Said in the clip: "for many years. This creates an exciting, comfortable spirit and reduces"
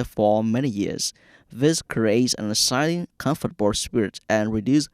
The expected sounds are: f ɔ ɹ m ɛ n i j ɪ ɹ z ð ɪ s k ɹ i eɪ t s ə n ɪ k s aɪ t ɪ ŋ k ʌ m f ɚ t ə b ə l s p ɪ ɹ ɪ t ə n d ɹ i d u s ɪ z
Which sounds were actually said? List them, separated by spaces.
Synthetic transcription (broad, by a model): f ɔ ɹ m ɛ n i j ɪ ɹ z ð ɪ s k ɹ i eɪ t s ə n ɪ s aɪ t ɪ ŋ k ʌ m f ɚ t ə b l s p ɪ ɹ ɪ t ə n ɹ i d u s